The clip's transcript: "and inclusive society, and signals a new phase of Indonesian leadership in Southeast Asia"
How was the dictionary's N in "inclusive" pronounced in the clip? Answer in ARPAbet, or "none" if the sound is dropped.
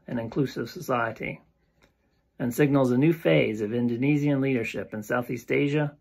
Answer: N